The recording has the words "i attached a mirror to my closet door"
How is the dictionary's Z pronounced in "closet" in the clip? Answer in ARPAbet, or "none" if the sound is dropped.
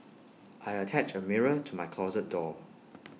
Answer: Z